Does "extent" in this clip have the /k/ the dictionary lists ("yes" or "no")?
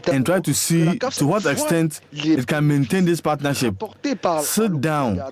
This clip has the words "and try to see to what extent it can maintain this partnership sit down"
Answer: yes